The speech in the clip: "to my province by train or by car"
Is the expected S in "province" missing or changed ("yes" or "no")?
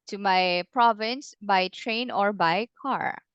no